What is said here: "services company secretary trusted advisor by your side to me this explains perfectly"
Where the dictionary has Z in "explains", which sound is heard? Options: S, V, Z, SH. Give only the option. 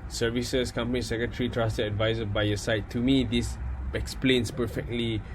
S